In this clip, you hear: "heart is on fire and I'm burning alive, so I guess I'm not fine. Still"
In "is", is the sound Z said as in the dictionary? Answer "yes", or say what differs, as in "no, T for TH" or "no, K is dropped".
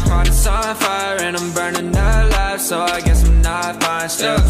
no, S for Z